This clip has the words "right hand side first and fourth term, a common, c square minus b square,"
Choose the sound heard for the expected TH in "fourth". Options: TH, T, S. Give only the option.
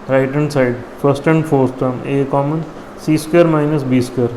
S